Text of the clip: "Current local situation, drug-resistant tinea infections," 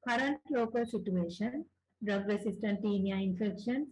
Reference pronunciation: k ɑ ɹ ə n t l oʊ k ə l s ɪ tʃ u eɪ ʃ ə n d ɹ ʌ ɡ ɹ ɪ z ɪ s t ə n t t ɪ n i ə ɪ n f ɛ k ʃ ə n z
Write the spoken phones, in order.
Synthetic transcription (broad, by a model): k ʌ ɹ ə n t l oʊ k ə l s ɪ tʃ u eɪ ʃ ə n d ɹ ʌ ɡ ɹ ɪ s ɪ s t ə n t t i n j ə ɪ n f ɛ k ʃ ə n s